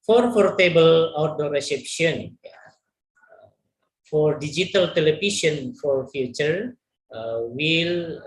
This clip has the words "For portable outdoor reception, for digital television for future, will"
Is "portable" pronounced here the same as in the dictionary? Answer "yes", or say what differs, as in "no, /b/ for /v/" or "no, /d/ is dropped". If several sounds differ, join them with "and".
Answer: no, /f/ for /p/